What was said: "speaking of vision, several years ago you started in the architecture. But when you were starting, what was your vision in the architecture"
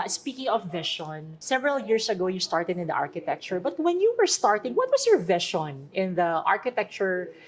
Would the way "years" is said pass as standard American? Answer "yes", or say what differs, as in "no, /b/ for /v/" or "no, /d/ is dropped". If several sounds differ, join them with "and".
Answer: no, /s/ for /z/